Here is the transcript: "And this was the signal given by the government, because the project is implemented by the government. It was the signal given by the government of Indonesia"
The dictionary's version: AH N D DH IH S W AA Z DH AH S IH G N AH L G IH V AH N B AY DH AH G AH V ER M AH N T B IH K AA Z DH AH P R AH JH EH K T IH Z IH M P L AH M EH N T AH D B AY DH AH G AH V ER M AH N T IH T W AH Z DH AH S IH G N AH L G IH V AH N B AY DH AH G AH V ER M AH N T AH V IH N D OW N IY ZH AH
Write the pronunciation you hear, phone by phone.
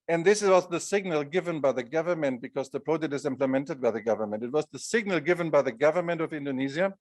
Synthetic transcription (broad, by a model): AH N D DH IH S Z AA S DH AH S IH G N AH L G IH V AH N B AY DH AH G AH V ER M AH N T B IH K AA Z DH AH P R AH JH EH K T IH Z IH M P L AH M EH N T AH D B AY DH AH G AH V ER M AH N T IH T W AH Z DH AH S IH G N AH L G IH V AH N B AY DH AH G AH V ER M AH N T AH V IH N D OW N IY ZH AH